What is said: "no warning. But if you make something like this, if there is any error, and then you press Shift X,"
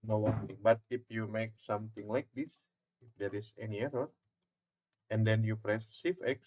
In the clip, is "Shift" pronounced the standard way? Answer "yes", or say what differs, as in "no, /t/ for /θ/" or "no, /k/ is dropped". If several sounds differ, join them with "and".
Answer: no, /s/ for /ʃ/ and /t/ is dropped